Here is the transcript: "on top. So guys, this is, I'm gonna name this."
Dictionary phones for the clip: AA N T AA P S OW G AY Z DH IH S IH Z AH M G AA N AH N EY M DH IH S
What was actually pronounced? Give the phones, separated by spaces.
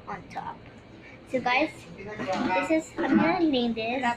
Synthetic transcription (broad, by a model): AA N T AA P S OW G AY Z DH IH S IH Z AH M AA AH N EY M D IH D